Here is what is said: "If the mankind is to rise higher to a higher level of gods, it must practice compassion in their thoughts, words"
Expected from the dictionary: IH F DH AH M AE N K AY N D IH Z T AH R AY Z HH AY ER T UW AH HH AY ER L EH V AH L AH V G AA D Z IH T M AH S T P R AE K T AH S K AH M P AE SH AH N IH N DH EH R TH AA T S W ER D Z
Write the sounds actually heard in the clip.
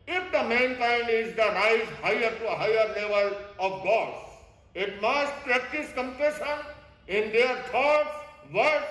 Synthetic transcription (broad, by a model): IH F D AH M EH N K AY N D IH Z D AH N AY S HH AY ER T UW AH HH AY ER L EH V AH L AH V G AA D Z IH T M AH S T P R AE K T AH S K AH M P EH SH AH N IH N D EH R T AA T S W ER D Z